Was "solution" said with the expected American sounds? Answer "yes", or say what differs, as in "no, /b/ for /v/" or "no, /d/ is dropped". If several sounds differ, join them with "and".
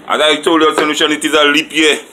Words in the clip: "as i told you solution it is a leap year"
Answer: no, /n/ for /l/